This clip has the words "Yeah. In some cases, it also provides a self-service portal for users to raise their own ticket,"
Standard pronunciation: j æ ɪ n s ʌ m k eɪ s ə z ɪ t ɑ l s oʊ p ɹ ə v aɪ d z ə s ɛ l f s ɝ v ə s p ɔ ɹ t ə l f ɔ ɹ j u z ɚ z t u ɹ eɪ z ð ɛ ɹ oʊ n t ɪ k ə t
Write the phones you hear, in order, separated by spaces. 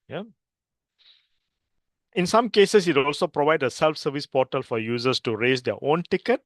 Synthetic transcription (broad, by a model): j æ ɪ n s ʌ m k eɪ s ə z ɪ t ɑ l s oʊ p ɹ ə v aɪ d ə s ɛ l f s ɝ v ə s p ɔ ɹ t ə l f ɔ ɹ j u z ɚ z t u ɹ eɪ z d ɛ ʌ oʊ n t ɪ k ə t